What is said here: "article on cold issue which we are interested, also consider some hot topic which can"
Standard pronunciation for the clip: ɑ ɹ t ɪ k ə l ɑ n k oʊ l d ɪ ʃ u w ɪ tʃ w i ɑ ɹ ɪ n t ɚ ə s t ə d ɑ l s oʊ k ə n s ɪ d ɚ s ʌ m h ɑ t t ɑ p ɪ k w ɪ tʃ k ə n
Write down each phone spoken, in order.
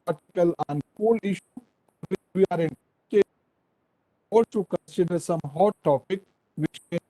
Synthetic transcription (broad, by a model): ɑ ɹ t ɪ k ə l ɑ n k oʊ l ɪ ʃ u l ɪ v i ɑ ɹ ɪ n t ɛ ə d t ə k ə n s ɪ d ɚ s ʌ m h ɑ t t ɑ p ɪ k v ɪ tʃ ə